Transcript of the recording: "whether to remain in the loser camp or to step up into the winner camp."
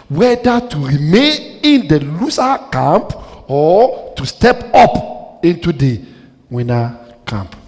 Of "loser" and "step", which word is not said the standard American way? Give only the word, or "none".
loser